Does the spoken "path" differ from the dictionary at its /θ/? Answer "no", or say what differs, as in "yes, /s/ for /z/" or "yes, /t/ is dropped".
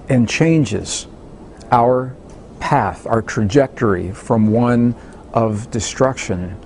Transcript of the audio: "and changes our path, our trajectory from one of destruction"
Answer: no